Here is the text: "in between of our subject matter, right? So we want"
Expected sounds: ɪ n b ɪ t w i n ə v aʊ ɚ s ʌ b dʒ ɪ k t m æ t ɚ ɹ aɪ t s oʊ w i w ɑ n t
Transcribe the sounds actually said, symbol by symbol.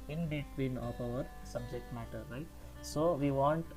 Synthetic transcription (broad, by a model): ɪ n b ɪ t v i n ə p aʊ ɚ s ʌ b dʒ ɪ k t m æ t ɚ ɹ aɪ t s oʊ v i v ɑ n t